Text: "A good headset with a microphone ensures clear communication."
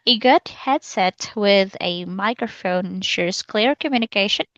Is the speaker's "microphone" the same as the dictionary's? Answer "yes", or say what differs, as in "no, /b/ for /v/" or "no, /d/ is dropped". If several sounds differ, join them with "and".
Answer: no, /n/ is dropped